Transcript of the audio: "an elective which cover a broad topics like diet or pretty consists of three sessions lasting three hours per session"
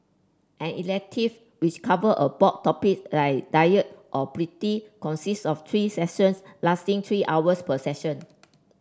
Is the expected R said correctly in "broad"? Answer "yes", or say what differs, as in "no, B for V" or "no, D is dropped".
no, R is dropped